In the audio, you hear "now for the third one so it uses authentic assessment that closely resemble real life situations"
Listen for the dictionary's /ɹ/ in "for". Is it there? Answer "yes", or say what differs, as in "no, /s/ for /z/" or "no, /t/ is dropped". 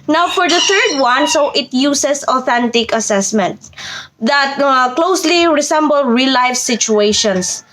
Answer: yes